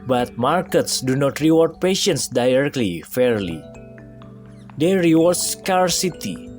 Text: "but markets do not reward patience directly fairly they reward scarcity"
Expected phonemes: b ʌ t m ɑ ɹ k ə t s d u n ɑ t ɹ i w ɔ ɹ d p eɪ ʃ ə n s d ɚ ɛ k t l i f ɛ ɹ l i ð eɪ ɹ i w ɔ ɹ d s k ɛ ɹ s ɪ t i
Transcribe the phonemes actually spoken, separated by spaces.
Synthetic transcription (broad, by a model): b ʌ t m ɑ ɹ k ə t s d u n ɑ t ɹ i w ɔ ɹ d p eɪ ʃ ə n s d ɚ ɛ k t l i f ɛ ɹ l i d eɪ ɹ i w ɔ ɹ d s k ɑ ɹ s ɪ t i